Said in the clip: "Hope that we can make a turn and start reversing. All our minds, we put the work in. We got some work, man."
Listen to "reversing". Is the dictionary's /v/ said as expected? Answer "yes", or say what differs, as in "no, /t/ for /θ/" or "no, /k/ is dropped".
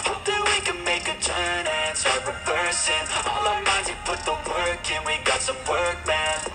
no, /p/ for /v/